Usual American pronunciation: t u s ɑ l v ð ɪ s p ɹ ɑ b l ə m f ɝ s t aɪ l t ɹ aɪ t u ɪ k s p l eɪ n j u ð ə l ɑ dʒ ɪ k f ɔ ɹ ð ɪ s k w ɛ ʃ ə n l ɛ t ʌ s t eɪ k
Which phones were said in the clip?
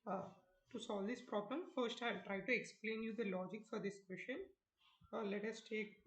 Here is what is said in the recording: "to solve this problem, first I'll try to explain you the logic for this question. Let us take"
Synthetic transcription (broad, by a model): t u s ɑ l v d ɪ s p ɹ ɑ b l ə m f ɝ s t aɪ l t ɹ aɪ t u ɪ k s p l eɪ n j u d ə l ɑ dʒ ɪ k f ɔ ɹ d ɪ s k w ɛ ʃ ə n l ɛ t ʌ s t eɪ k